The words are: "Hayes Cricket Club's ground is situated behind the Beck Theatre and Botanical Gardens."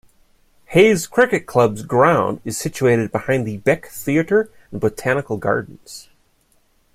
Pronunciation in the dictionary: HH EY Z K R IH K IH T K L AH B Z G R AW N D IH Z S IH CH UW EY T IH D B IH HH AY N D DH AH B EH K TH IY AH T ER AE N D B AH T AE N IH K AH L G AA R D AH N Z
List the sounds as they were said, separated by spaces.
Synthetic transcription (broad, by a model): HH EY Z K R IH K IH T K L AH B Z G R AW N D IH Z S IH CH UW EY T IH D B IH HH AY N DH AH B EH K TH IY AH T ER N B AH T AE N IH K L G AA R D N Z